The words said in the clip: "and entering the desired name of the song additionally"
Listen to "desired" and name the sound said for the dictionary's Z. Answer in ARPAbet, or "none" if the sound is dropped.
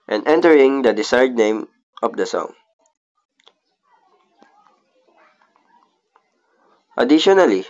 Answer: S